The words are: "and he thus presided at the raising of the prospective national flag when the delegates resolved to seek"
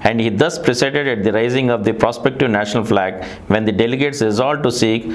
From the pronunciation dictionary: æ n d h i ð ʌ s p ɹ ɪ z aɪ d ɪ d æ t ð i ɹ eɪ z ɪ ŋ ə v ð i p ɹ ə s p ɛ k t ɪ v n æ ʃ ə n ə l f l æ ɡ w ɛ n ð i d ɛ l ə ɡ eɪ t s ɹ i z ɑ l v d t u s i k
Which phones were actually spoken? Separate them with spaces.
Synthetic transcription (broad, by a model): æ n d h i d ʌ s p ɹ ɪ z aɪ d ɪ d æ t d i ɹ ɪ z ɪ ŋ ə v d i p ɹ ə s p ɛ k t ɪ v n æ ʃ ə n ə l f l æ ɡ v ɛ n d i d ɛ l ə ɡ eɪ t s ɹ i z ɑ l d t u s i k